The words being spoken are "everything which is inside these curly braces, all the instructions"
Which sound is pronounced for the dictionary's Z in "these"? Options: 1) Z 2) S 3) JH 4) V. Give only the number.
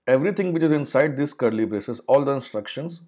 2